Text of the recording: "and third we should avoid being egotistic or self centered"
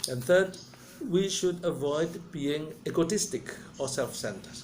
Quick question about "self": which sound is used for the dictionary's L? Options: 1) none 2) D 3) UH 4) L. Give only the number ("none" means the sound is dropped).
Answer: 4